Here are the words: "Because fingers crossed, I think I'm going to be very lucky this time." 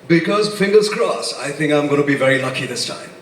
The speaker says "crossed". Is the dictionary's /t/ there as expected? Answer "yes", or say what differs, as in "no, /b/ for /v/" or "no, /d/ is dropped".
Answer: no, /t/ is dropped